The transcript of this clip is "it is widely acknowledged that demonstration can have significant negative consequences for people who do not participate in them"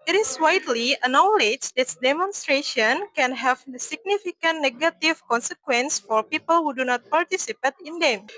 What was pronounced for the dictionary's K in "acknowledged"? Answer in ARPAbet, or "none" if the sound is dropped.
none